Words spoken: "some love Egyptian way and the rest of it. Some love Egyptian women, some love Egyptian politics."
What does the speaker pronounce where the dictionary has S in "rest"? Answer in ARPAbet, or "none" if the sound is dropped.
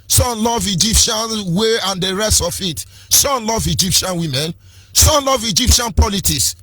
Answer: S